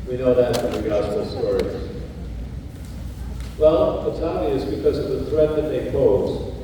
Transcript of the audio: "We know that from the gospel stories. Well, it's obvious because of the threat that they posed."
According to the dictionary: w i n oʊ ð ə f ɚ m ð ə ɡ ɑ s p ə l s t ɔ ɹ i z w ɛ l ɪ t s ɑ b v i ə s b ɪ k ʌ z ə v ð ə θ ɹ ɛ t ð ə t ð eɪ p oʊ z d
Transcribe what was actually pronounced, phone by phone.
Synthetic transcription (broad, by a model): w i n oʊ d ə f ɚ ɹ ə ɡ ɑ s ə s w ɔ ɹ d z w ɛ l ɪ t s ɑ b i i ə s b ɪ k ʌ z ə v ð ə θ ɹ ɛ t ð ə t ð eɪ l oʊ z